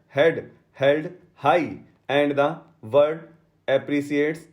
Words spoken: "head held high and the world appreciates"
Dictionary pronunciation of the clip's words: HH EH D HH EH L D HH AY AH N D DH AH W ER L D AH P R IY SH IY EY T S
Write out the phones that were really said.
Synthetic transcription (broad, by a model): HH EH D HH EH L D HH AY AH N D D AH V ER D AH P R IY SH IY EY T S